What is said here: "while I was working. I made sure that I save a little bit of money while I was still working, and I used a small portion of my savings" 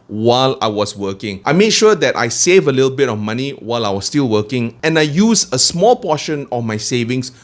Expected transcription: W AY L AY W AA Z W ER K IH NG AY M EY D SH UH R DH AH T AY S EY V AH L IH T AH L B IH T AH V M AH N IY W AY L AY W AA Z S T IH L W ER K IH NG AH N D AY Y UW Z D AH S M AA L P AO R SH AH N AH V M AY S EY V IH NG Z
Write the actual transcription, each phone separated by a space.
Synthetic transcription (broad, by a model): W AY L AY W AA S W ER K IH NG AY M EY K SH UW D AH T AY S EY V AH L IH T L B IH T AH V M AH N IY W AY L AY W AA S T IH L W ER K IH NG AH N AY Y UW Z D AH S M AA L P AO SH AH N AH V M AY S EY V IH NG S